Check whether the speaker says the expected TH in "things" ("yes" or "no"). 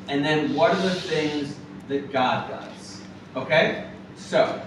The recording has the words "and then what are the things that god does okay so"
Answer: yes